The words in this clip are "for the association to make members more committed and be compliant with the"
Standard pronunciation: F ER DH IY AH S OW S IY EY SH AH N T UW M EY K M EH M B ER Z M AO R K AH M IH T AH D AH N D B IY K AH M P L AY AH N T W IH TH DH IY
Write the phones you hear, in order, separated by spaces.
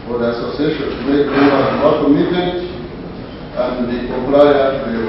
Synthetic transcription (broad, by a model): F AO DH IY AH S OW S IY EY SH AH N T UW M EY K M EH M ER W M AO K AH M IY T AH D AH N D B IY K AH P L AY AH T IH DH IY